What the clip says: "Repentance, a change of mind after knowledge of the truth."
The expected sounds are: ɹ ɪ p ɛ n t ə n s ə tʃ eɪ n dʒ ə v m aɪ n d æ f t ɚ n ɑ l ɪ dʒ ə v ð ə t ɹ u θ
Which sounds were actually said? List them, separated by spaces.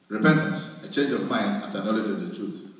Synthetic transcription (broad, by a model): ɹ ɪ p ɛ n t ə n s ə tʃ eɪ n dʒ ə v m aɪ n d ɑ f t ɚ n ɑ l ɪ dʒ ə v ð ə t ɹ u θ